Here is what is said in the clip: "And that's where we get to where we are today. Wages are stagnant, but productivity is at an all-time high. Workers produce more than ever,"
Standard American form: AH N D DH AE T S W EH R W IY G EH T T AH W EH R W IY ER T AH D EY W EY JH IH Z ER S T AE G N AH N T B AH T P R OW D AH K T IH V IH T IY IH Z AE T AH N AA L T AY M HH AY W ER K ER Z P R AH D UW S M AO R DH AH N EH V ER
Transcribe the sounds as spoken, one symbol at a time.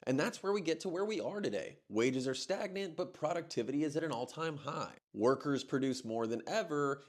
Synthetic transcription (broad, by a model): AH N DH AE T S W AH R W IY G EH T T AH W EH R W IY ER T AH D EY W EY JH IH Z ER S T AE G N AH N T B AH T P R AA D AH K T IH V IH T IY IH Z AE T AH N AA L T AY M HH AY W ER K ER Z P R AH D UW S M AO R DH AH N EH V ER